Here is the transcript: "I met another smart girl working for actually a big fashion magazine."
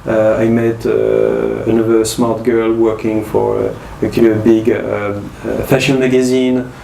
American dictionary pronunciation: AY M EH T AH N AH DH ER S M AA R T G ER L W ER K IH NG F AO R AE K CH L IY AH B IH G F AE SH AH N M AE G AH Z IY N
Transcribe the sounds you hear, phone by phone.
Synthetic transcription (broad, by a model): AY M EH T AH N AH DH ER S M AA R T G ER L W ER K IH NG F AO R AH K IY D B IH G F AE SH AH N M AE G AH Z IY N